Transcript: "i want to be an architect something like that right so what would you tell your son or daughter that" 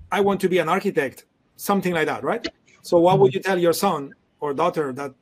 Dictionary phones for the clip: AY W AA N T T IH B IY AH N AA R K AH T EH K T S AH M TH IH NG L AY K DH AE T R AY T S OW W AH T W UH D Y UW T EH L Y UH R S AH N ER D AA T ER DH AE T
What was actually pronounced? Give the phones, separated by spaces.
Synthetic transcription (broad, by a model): AY W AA N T T IH B IY AH N AA R K AH T EH K T S AH M TH IH NG L AY K DH AE T R AY T S OW W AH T W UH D Y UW T EH L Y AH R S AH N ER D AA T ER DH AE T